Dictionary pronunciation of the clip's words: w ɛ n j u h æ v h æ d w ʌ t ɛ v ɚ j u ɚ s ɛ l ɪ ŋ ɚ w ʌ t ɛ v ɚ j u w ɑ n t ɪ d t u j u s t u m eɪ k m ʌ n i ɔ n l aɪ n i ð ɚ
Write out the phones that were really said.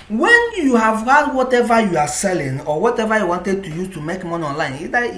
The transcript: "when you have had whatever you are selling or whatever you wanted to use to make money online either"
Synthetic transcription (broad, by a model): w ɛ n j u h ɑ v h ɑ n w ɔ t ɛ v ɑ j u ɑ s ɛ l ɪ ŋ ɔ w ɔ t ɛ v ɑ j u w ɑ n t ɪ d t u j u t u m eɪ k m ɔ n ɔ n l aɪ n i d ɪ